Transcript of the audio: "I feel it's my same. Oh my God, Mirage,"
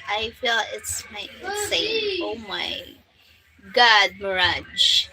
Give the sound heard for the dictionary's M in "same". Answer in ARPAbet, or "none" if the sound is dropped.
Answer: none